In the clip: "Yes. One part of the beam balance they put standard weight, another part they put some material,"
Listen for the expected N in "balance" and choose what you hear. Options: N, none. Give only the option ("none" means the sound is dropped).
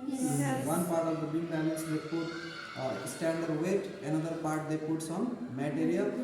none